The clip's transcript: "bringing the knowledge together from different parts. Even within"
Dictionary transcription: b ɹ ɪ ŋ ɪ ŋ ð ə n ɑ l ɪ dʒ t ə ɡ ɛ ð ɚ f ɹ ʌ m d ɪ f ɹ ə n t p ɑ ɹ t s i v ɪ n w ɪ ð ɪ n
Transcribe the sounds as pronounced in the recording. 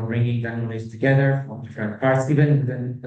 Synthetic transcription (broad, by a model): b ɹ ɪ ŋ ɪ ŋ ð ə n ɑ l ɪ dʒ t ə ɡ ɛ ð ɚ f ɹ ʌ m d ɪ f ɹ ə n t p ɑ ɹ t s i v ɪ n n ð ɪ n